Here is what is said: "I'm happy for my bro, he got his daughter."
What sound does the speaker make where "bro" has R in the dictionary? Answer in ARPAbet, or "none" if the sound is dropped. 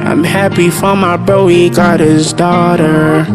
none